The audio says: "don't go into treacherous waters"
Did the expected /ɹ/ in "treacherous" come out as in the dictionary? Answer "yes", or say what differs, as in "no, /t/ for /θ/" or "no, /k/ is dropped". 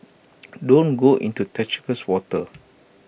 no, /ɹ/ is dropped